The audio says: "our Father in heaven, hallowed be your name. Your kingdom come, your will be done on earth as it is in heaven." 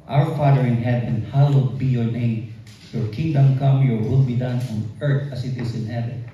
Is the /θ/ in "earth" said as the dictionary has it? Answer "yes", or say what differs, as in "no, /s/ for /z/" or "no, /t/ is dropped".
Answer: no, /t/ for /θ/